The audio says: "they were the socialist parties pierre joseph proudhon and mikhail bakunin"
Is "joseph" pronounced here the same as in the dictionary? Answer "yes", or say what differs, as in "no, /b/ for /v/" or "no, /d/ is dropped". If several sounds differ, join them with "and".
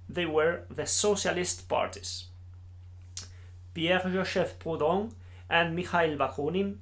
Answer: no, /ʒ/ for /dʒ/